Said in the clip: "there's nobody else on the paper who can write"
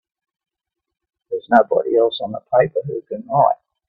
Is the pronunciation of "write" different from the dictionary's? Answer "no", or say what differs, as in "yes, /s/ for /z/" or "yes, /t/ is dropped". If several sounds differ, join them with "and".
yes, /t/ is dropped